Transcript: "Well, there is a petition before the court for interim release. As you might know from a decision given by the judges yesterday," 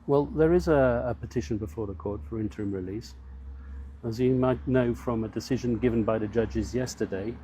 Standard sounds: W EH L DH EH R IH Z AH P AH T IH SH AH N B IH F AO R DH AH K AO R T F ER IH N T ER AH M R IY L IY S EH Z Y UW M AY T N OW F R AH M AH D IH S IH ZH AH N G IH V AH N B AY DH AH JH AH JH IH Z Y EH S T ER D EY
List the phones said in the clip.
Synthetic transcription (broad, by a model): W EH L DH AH R IH Z AH P AH T IH SH AH N B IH F AO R DH AH K AO R T F ER IH N T ER AH M R IY L IY S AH Z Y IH M AY T N OW F R AH M AH D IH S IH ZH AH N G IH V AH N B AY DH AH JH AH JH IH Z Y EH S T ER D EY